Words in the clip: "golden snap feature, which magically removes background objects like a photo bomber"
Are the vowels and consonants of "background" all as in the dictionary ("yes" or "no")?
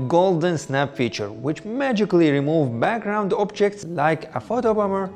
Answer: yes